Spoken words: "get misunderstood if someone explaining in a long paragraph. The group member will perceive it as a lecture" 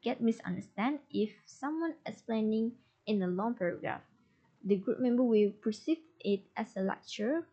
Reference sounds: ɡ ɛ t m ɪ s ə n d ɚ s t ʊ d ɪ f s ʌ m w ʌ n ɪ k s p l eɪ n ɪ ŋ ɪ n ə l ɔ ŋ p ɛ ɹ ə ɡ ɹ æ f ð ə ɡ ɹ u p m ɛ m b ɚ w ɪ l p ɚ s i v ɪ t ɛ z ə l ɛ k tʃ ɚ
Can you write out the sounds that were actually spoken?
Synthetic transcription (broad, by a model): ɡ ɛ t m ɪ s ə n d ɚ s t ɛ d ɪ f s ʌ m w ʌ n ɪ s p l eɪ n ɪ ŋ ɪ n ə l ɔ ŋ p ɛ ɹ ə ɡ ɹ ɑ f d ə ɡ ɹ u p m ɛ m b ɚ w ɪ l p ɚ s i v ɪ t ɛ s ə l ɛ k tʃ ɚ